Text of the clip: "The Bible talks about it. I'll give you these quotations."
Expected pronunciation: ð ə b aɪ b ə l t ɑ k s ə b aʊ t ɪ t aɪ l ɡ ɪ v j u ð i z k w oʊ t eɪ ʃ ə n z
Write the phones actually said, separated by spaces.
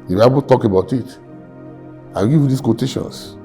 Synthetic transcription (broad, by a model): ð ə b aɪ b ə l t ɑ k ə b aʊ t ɪ t aɪ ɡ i j u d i s k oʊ t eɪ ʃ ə n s